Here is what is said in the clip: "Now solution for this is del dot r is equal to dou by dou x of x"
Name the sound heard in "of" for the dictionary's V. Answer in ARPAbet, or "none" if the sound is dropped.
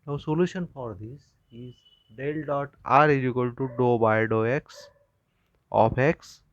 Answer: P